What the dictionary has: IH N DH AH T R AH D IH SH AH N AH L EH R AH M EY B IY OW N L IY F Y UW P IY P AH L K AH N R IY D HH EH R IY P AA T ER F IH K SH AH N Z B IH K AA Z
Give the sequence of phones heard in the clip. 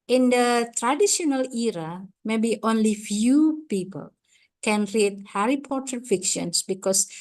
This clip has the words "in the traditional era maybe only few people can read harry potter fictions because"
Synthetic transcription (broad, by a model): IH N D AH T R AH D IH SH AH N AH L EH R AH M EY B IY OW N L IY F Y UW P IY P AH L K AH N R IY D HH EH R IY P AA T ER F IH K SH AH N S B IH K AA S